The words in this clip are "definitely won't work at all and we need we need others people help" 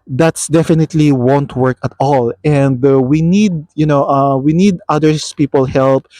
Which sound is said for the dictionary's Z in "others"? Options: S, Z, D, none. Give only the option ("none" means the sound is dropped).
S